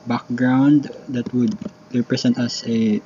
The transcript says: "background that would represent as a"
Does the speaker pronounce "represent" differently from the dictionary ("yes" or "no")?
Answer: yes